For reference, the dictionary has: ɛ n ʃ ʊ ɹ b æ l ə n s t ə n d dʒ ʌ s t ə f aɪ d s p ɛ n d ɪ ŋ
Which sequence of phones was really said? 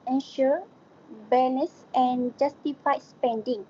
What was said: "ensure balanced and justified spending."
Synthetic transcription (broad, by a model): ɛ n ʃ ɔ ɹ b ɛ n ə s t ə n dʒ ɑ s t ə f aɪ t s p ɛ n d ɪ ŋ